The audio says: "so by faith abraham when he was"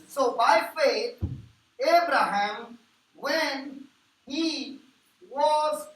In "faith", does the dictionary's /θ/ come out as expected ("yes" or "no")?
no